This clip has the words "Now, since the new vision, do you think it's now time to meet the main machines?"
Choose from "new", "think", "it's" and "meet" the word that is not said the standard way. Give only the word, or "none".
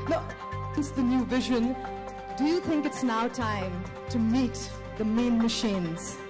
none